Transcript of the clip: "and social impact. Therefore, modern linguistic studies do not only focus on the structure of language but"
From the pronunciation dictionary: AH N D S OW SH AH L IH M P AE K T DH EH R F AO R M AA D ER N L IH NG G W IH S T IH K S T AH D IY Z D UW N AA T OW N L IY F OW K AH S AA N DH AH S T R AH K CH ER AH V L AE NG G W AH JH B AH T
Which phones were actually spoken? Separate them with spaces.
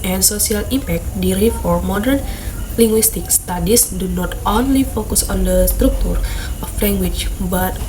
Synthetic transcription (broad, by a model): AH N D S OW S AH L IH M P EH K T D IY R F AO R M AA D ER N L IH NG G W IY S T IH K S T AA D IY S D UW N AA T OW N L IY F OW K AH S AA N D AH S T R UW K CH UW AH F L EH NG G W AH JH B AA T